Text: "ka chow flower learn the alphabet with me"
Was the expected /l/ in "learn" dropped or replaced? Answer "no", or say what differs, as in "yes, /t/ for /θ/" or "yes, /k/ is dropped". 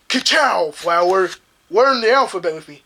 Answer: yes, /w/ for /l/